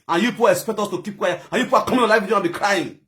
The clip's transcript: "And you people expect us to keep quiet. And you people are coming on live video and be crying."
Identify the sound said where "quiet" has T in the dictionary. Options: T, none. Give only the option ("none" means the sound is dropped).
none